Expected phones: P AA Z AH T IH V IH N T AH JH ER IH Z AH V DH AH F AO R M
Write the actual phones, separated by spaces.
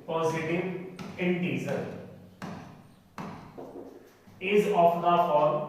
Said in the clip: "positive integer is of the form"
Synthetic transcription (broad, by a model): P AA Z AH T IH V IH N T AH Z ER IH Z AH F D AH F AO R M